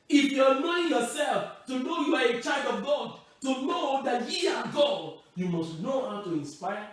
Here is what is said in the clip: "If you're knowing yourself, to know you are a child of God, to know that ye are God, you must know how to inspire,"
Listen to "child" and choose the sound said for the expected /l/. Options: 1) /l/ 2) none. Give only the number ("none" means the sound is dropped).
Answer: 2